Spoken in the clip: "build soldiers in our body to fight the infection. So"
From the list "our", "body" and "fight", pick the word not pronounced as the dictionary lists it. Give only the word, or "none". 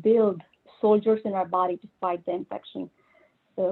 fight